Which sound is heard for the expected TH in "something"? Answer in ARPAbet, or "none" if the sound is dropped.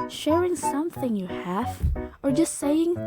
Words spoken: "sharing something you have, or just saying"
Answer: TH